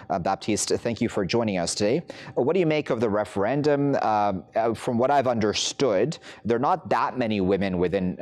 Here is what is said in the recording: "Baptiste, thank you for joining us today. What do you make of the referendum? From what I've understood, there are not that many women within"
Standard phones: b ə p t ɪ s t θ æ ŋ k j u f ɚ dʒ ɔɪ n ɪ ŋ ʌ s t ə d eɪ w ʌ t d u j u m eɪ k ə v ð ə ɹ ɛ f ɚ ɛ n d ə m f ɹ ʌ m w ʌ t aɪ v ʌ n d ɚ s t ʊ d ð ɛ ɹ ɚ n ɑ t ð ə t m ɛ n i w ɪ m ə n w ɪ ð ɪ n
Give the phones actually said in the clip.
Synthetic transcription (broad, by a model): b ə p t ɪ s t θ æ ŋ k j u f ɚ dʒ ɔɪ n ɪ ŋ ʌ s t ə d eɪ w ʌ t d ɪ j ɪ m eɪ k ə v ð ə ɹ ɛ f ɚ ɛ n d ə m f ɹ ʌ m w ʌ t aɪ v ʌ n d ɚ s t ʊ d ð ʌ ɹ n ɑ t ð ə t m ɛ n i w ɪ m ə n w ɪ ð ɪ n